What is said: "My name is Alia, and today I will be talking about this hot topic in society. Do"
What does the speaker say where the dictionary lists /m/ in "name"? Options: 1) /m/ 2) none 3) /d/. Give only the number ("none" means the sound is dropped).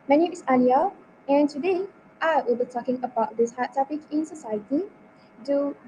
2